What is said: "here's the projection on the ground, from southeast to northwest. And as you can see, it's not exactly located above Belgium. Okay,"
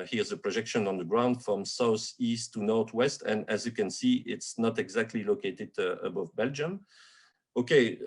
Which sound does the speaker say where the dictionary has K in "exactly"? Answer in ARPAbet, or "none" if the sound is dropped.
K